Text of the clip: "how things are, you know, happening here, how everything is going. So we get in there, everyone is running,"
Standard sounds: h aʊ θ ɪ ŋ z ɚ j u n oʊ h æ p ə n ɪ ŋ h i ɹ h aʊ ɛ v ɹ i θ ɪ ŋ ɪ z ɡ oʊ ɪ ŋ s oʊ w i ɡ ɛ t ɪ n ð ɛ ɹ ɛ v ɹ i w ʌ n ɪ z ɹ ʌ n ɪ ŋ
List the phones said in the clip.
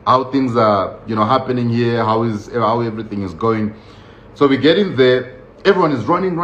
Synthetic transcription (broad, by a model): h aʊ θ ɪ ŋ z ɚ j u n oʊ h æ p ə n ɪ ŋ h i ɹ h aʊ ɛ v ɹ i θ ɪ ŋ ɪ z ɡ oʊ ɪ ŋ s oʊ w i ɡ ɛ t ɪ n ð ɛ ɹ ɛ v ɹ i w ʌ n ɪ z ɹ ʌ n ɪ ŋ